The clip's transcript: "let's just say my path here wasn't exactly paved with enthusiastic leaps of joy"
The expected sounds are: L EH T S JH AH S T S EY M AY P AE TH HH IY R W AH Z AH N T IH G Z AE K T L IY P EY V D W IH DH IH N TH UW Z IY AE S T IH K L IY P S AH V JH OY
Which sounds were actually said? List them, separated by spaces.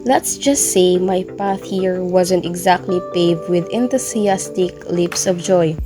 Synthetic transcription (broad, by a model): L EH T S JH AH S T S EY M AY P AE TH HH IY R W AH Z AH N T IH G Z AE K T L IY P EY V D W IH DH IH N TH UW S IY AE S T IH K L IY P S AH V JH OY